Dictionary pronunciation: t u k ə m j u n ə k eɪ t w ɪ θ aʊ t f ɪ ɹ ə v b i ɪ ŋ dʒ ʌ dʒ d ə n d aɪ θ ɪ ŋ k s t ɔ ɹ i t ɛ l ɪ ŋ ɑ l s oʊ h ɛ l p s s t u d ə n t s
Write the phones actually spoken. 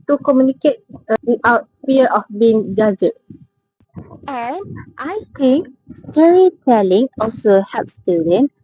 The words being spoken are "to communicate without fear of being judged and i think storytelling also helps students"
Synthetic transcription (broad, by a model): t u k ə m j u n ə k eɪ t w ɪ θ aʊ t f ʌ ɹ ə f b i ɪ ŋ dʒ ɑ dʒ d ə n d aɪ t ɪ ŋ k s t ɔ ɹ i t ɛ l ɪ ŋ ɑ l s oʊ h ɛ p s s t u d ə n